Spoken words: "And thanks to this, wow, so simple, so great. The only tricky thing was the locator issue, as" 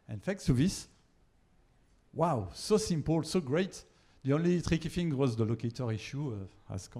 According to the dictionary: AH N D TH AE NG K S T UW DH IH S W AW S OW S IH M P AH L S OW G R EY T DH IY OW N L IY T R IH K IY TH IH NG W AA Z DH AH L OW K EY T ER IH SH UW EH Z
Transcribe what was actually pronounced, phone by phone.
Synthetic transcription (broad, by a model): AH N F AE K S T UW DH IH S W AW S OW S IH M P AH L S OW G R EY T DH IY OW N L IY T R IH K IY F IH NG W AA Z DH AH L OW K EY T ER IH SH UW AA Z